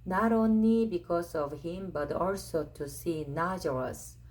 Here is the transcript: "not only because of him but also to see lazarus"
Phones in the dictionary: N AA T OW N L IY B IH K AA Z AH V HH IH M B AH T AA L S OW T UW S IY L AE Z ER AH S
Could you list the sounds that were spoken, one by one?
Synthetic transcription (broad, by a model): N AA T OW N IY B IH K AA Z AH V HH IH M B AH T AA L S OW T UW S IY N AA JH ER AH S